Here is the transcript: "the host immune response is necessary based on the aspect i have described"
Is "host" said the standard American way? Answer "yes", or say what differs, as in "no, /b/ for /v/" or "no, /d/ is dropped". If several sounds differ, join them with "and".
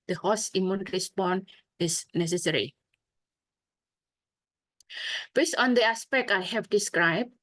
no, /t/ is dropped